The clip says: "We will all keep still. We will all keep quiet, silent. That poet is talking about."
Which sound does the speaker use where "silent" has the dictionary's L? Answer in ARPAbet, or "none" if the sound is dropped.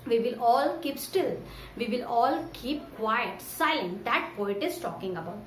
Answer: none